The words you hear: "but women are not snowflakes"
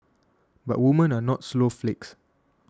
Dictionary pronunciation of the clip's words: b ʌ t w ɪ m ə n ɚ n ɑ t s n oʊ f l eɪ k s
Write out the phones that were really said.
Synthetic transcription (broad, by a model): b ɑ t w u m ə n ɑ n ɑ t s l oʊ f l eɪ k s